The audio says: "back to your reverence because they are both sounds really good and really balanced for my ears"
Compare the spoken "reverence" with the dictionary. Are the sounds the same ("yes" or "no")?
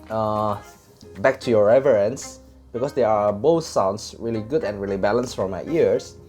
yes